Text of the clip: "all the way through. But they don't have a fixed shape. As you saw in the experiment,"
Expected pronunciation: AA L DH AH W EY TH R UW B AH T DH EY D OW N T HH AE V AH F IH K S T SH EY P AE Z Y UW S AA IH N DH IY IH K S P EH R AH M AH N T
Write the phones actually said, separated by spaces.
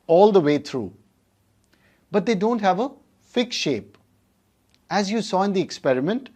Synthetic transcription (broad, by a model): AA L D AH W EY T R UW B AH T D EY D OW N T HH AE V AH F IH K S SH EY P AE Z Y UW S AA IH N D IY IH K S P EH R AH M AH N T